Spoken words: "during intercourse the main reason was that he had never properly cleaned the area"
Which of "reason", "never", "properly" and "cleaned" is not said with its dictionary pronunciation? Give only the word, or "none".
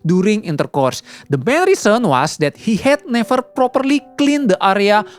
reason